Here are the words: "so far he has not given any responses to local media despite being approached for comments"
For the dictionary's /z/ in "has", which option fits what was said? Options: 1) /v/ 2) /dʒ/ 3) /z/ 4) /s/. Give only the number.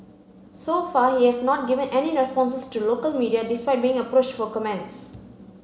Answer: 4